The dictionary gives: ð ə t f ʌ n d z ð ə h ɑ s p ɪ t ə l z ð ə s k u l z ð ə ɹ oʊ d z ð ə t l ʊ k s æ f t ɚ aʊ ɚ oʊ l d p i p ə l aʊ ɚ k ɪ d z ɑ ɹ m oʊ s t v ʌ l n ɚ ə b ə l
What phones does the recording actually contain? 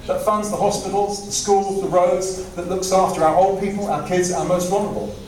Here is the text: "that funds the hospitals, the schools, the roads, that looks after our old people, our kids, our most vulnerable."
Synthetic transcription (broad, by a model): ð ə t f ʌ n d z ð ə h ɑ s p ɪ t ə l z ð ə s k u l z ð ə ɹ oʊ d z ð ə t l ʊ k s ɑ f t ɚ aʊ ɚ oʊ l d p i p ə l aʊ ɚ k ɪ d z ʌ m oʊ s t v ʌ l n ɚ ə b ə l